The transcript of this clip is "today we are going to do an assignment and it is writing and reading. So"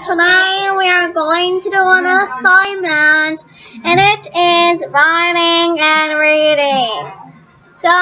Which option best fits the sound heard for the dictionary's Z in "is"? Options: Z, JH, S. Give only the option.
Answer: Z